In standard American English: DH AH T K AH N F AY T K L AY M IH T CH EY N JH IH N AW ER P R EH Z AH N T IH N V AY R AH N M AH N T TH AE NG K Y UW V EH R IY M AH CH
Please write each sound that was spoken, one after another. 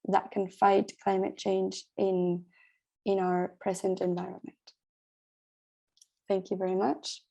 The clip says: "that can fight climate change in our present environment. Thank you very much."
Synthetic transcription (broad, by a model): DH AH T K AH N F AY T K L AY M IH T CH EY N JH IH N AW ER P R EH Z AH N T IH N V AY R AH N M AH N T TH AE NG K Y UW V EH R IY M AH CH